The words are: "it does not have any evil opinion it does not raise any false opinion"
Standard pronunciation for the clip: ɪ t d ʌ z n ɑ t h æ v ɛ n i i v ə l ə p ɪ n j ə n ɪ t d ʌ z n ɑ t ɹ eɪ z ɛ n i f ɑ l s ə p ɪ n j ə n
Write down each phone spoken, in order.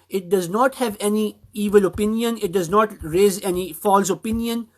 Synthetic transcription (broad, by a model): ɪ t d ʌ z n ɑ t h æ v ɛ n i i v ə l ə p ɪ n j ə n ɪ t d ʌ z n ɑ t ɹ eɪ z ɛ n i f ɑ l s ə p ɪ n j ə n